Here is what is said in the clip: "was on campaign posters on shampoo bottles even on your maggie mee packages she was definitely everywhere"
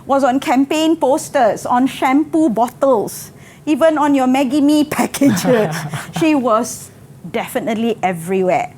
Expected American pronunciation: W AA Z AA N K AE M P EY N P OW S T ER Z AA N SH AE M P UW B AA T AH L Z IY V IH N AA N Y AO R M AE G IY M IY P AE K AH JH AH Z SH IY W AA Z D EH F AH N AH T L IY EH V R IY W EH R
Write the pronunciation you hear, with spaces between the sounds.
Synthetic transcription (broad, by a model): W AA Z AA N K AE M P EY N P OW S T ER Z AA N SH AE M P UW B AA T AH L S IY V IH N AA N Y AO M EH G IY M IY P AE K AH JH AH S SH IY W AA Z D EH F AH N AH T L IY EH V R IY W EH